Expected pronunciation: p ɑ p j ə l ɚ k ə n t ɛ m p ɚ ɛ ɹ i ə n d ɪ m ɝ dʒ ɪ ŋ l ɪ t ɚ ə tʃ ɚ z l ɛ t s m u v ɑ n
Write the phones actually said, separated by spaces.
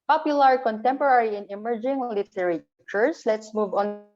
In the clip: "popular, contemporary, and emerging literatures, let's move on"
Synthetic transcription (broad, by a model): p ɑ p j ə l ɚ k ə n t ɛ m p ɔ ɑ ɹ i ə n ɪ m ɝ dʒ ɪ ŋ l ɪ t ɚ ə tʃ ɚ s l ɛ t s m u v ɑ n